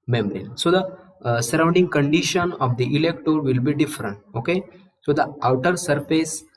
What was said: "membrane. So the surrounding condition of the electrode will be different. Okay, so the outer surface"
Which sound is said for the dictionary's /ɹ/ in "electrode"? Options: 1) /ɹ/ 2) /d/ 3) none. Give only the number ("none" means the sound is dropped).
3